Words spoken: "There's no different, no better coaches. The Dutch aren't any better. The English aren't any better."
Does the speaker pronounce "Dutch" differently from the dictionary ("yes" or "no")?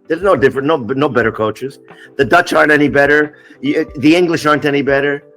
no